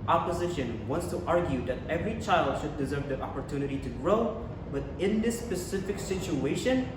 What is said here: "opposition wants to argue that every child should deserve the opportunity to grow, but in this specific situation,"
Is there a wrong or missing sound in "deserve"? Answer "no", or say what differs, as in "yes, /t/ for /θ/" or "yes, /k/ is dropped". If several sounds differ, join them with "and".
no